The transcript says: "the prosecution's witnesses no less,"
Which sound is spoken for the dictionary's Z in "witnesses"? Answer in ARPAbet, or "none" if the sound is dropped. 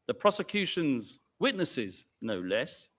Z